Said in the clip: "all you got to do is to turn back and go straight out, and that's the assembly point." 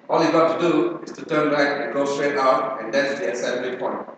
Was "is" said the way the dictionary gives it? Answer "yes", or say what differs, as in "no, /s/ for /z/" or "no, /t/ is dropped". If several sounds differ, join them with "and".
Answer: no, /s/ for /z/